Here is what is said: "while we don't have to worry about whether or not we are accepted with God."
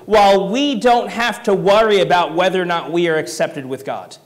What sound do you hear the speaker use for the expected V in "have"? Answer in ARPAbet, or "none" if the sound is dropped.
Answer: F